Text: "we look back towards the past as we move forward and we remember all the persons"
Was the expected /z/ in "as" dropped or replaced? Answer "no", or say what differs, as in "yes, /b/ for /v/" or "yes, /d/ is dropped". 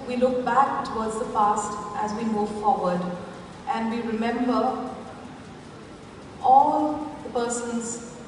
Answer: no